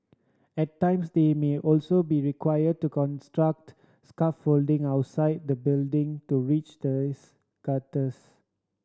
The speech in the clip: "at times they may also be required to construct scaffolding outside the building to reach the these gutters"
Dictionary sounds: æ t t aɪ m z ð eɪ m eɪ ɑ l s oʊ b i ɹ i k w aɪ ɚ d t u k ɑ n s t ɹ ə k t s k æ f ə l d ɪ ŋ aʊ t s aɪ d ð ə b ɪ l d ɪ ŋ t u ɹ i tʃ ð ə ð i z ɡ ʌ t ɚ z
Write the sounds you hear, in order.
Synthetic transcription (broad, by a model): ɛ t t aɪ m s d eɪ m eɪ ɑ l s oʊ b i ɹ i k w aɪ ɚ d t u k ɑ n s t ɹ ə k t s k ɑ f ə l d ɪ ŋ aʊ t s aɪ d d ə b ɪ l d ɪ ŋ t u ɹ i tʃ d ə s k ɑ t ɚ s